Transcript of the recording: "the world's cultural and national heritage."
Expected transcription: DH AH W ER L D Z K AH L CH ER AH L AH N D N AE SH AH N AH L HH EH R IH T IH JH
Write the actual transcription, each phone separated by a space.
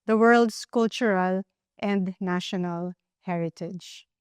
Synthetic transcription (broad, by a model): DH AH W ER L D S K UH L CH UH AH L AH N D N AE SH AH N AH L HH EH R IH T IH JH